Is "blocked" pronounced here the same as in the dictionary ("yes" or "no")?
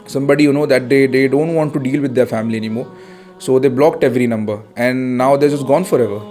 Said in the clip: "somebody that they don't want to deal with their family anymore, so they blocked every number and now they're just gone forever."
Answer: yes